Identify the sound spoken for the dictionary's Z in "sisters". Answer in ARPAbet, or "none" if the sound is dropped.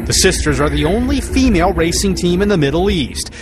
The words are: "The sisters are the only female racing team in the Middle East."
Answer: Z